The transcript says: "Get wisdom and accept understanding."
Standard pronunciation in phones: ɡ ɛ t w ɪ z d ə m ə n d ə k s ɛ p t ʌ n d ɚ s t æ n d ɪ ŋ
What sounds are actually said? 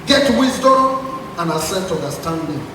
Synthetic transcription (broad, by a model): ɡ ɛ t w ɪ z d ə m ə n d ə s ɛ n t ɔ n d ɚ s t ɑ n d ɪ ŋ